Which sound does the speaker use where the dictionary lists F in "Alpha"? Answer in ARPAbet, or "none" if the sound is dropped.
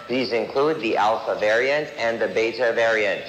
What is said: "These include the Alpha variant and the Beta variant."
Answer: F